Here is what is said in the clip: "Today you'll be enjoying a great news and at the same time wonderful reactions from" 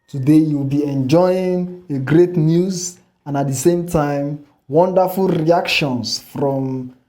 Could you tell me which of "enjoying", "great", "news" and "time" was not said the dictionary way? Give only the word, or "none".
none